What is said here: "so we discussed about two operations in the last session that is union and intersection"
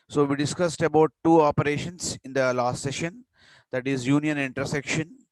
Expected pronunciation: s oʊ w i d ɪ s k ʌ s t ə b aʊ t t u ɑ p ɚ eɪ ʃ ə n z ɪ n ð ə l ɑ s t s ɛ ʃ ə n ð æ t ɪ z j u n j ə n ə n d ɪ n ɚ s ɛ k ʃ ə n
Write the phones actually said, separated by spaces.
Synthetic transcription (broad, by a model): s oʊ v i d ɪ s k ʌ s t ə b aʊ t t u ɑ p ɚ eɪ ʃ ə n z ɪ n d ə l ɑ s t s ɛ ʃ ə n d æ t ɪ z j u n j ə n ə n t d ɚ s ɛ k ʃ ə n